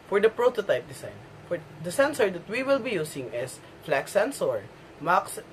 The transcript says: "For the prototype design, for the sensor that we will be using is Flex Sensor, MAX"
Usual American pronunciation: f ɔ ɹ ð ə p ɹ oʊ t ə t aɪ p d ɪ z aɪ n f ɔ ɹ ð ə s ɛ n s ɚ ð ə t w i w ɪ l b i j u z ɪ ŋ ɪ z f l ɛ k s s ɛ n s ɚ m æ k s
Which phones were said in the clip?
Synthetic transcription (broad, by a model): f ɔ ɹ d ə p ɹ oʊ t ə t aɪ p d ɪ s aɪ n f ɔ ɹ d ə s ɛ n s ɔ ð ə t w i w ɪ l b i j u s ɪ ŋ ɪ s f l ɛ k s s ɛ n s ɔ m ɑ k s